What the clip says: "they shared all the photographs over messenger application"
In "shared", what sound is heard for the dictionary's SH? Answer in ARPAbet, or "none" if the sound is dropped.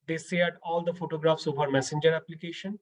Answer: S